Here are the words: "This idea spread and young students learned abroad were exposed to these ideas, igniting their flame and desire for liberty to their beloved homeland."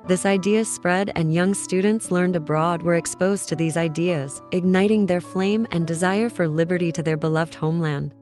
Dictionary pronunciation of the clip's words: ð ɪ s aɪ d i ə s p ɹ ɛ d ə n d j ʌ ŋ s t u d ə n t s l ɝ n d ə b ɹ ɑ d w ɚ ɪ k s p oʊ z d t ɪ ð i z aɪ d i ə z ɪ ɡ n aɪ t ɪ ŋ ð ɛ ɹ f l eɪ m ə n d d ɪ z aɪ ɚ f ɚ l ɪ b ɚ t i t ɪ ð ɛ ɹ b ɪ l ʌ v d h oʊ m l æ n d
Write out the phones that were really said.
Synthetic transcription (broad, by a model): ð ɪ s aɪ d i ə s p ɹ ɛ d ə n j ʌ ŋ s t u d n t s l ɝ n d ə b ɹ ɑ d w ɚ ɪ k s p oʊ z t ɪ ð i z aɪ d i ə z ɪ ɡ n aɪ t ɪ ŋ ð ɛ ɹ f l eɪ m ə n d d ɪ z aɪ ɚ f ɚ l ɪ b ɚ t i t ɪ ð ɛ ɹ b ɪ l ʌ v d h oʊ m l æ n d